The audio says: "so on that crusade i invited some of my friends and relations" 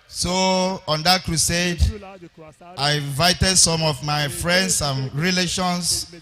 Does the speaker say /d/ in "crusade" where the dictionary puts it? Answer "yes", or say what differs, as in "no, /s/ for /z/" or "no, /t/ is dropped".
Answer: yes